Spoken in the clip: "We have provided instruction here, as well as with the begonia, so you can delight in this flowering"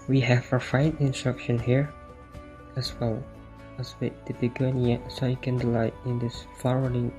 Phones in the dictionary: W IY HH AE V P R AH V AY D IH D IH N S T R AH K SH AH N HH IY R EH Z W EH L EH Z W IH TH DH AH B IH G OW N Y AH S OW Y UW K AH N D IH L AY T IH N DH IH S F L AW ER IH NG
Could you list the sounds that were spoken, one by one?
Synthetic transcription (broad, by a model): W IY HH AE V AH F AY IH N IH N S T R AH K SH AH N HH IY R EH S W EH L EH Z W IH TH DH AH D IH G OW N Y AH S OW Y UW K AH N D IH L AY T IH N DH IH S F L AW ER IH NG